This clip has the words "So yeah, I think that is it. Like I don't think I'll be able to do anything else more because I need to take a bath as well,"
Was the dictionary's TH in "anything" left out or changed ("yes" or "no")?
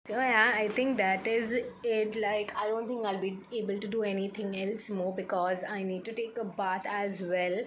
yes